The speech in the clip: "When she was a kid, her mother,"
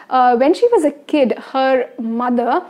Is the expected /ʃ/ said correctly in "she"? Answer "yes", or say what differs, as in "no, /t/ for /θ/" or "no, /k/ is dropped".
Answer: yes